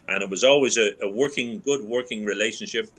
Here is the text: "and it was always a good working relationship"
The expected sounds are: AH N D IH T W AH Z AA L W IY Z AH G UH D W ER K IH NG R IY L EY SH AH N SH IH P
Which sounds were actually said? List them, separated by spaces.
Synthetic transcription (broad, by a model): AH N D IH T W AH Z AA L W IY Z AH G UH D W ER K IH NG R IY L EY SH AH N SH IH P